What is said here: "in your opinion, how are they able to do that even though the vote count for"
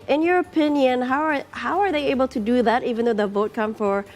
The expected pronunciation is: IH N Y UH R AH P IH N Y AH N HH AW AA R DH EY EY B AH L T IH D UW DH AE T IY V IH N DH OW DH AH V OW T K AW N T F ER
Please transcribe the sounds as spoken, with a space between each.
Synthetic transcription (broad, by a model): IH N Y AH R AH P IH N Y AH N HH AW AA R DH EY EY B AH L T IH D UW DH AE T IY V IH N DH OW DH AH V OW T K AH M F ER